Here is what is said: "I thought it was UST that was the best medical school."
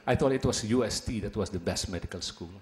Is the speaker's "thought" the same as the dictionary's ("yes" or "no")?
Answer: no